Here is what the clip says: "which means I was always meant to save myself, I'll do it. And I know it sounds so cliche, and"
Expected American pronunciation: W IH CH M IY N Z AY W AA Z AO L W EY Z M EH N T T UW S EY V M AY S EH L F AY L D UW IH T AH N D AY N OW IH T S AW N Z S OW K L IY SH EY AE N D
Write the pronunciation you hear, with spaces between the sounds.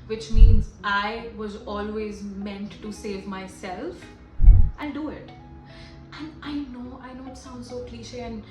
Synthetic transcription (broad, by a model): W IH CH M IY N Z AY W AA Z AO L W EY Z M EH N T T UW S EY V M AY S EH L F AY N D UW IH T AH N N AY N OW IH T S AW N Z S OW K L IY SH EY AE N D